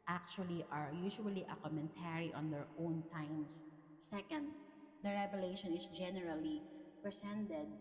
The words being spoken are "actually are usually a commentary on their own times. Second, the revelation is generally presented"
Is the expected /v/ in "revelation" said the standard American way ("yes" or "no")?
no